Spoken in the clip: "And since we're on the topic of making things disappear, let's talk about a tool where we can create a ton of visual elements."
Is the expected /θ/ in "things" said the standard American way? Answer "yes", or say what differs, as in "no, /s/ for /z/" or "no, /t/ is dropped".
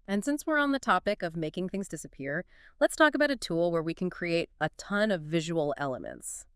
yes